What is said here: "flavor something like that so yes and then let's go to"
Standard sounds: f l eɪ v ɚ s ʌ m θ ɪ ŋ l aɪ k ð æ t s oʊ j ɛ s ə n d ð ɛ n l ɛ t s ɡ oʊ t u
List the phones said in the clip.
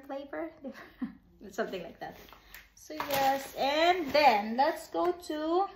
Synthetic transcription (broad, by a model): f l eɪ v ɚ s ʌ m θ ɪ ŋ l aɪ k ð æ t s oʊ j ɛ s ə n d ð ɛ n l ɛ t s ɡ oʊ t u